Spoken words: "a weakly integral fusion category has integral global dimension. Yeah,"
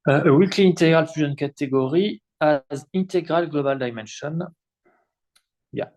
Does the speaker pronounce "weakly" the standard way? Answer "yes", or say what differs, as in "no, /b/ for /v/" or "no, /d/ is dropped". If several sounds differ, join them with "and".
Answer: yes